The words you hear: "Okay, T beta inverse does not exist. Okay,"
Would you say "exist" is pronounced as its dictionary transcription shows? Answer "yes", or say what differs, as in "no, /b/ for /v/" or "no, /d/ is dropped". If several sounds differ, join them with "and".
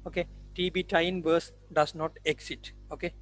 no, /s/ is dropped